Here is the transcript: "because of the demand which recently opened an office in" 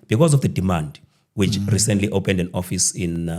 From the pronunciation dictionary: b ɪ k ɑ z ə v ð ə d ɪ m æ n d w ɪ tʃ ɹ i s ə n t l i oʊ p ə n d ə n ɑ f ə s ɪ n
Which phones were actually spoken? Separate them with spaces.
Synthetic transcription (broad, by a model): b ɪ k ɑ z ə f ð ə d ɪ m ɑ n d w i tʃ ɹ i s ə n t l i oʊ p ə n d ə n ɑ f ə s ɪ n